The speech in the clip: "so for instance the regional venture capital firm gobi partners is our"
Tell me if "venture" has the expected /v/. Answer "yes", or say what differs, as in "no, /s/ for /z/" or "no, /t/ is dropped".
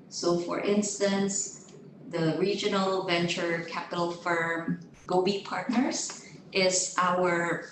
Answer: yes